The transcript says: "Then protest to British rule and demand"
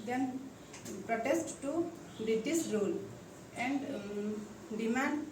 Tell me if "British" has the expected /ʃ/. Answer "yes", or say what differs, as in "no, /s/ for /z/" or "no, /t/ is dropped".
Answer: no, /s/ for /ʃ/